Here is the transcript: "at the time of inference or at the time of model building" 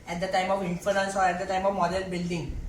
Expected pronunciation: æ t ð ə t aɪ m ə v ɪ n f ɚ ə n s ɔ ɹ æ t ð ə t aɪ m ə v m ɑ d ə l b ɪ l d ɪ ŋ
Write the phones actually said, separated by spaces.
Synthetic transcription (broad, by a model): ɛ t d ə t aɪ m ə v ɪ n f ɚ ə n s ɔ ɹ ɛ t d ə t aɪ m ə v m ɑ d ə n b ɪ l d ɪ ŋ